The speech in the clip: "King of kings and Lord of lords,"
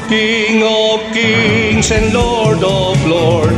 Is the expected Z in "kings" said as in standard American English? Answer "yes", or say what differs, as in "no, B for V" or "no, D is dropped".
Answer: no, S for Z